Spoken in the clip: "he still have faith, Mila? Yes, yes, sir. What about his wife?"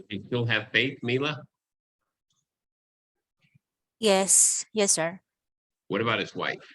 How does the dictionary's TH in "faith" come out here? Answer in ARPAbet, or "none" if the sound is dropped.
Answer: TH